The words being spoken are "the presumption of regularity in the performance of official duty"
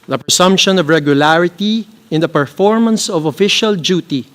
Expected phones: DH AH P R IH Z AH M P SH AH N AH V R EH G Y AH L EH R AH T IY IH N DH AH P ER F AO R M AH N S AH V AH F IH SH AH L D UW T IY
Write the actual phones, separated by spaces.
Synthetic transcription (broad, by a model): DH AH P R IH S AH M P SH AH N AH V R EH G Y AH L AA R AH T IY IH N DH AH P ER F AO R M AH N S AH V AH F IH SH AH L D UW T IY